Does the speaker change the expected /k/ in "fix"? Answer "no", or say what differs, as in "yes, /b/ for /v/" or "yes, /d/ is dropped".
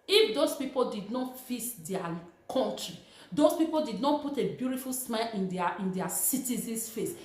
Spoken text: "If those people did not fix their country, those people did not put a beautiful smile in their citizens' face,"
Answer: yes, /k/ is dropped